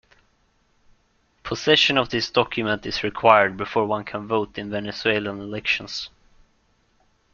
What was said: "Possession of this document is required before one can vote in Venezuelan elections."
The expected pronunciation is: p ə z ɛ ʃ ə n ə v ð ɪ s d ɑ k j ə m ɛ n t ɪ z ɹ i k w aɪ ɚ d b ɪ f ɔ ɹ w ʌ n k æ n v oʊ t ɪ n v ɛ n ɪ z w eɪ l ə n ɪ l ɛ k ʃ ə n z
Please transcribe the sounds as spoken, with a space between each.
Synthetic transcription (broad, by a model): p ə s ɛ ʃ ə n ə v ð ɪ s d ɑ k j ə m ɛ n t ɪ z ɹ i k w aɪ ɚ d b ɪ f ɔ ɹ w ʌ n k æ n v oʊ t ɪ n v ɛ n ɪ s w eɪ l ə n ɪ l ɛ k ʃ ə n s